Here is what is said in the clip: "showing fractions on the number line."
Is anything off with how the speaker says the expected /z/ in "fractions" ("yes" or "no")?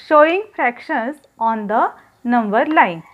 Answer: yes